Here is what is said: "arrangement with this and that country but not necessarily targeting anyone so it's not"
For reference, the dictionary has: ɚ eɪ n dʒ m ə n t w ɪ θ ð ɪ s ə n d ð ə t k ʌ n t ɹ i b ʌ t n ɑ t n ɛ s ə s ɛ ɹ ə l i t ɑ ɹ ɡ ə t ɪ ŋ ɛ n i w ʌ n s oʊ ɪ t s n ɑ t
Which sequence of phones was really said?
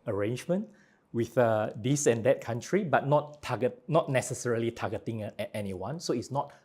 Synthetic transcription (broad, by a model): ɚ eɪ n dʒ m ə n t w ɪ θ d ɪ s ə n d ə t k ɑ n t ɹ i b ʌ t n ɑ t n ɛ s ə s ɛ ɹ ə l i t ɑ ɡ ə t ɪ ŋ ɛ n i w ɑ n s oʊ ɪ t s n ɑ t